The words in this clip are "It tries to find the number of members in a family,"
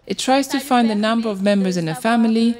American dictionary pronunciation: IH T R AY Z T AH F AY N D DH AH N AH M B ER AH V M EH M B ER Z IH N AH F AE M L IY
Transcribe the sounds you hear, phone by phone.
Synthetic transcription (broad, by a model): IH T R AY Z T AH F AY N D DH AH N AH M B ER AH V M EH M B ER Z IH N AH F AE M L IY